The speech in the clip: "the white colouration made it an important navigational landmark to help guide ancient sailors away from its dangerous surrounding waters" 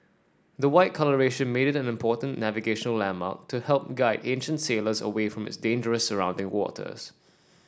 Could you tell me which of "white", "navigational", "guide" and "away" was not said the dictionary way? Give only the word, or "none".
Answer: none